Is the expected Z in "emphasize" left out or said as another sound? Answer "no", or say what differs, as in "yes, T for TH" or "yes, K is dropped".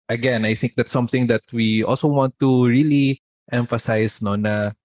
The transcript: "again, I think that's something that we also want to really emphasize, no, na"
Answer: yes, S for Z